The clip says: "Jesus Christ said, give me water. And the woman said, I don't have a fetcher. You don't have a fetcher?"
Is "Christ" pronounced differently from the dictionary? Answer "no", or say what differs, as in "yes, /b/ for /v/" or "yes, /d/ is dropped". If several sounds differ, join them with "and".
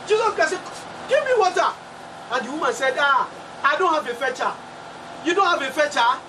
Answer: yes, /ɹ/ is dropped